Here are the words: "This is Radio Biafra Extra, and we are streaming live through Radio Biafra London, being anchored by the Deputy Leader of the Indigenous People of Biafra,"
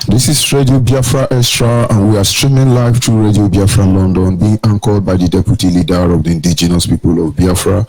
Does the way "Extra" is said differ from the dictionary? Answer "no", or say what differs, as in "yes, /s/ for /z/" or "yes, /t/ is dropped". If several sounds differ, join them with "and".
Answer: yes, /k/ is dropped